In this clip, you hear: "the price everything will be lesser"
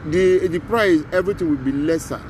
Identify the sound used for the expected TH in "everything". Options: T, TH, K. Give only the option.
T